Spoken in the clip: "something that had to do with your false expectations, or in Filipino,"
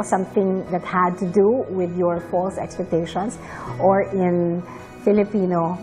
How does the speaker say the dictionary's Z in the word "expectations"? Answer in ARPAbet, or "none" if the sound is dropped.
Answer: S